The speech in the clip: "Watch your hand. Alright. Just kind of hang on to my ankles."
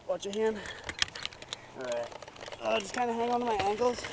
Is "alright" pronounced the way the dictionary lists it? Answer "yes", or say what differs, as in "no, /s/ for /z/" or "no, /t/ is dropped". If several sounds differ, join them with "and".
no, /l/ is dropped